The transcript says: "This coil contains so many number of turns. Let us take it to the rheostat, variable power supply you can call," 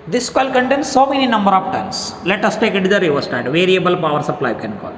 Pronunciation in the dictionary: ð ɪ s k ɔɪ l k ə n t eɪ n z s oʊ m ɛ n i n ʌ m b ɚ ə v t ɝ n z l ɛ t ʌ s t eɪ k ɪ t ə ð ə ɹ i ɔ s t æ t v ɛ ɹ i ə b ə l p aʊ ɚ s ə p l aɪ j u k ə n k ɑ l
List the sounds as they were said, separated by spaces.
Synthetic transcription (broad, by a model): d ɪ s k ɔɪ l k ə n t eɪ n s oʊ m ɛ n i n ʌ m b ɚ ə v t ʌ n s l ɛ t ʌ s t eɪ k ɪ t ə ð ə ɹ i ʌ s t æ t v ɛ ɹ i ə b ə l p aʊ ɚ s ə p l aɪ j k ə n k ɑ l